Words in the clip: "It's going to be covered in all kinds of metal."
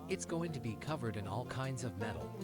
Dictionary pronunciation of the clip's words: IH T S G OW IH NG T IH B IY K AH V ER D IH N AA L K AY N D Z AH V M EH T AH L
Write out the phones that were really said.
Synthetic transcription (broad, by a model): IH T S G OW IH NG T IH B IY K AH V ER D IH N AA L K AY N D Z AH V M EH T L